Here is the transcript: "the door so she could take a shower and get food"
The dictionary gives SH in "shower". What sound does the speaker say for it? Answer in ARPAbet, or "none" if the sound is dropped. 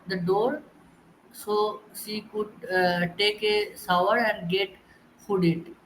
S